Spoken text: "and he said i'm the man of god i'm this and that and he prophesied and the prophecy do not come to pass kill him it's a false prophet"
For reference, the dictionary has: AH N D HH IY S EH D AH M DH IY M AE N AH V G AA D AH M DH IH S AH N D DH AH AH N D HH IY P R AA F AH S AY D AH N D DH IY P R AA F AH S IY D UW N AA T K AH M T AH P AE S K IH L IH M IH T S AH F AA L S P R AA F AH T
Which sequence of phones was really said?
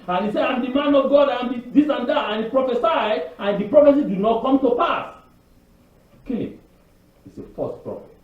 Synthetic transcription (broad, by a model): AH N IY S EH AH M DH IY M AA N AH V G AA D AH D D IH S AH N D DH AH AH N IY P R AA F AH S AY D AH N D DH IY P R AA F AH S IY D UW N AA T K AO M T AH P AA S K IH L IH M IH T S AH F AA S P R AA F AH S